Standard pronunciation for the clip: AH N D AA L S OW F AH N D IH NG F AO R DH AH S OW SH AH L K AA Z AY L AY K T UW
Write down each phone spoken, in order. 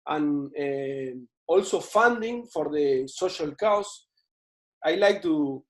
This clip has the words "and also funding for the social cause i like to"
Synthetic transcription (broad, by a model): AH N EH AA L S OW F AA N D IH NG F AO R DH AH S OW SH AH L K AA S AY L AY K T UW